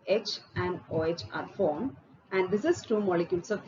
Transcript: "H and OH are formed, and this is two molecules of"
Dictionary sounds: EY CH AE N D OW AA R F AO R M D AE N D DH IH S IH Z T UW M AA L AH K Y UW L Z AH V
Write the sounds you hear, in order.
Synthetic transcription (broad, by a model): EY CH AE N D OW AA R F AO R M AE N D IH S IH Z T UW M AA L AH K Y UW L S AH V